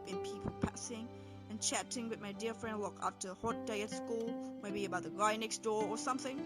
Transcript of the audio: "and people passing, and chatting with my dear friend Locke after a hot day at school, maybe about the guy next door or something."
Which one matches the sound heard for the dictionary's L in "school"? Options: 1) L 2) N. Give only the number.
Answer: 1